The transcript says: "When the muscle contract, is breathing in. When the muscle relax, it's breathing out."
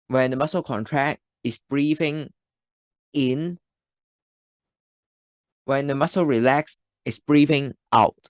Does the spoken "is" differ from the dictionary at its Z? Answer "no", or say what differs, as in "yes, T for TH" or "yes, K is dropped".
yes, S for Z